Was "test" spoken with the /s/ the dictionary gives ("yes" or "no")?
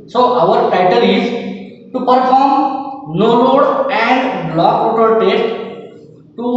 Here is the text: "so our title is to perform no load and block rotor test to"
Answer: no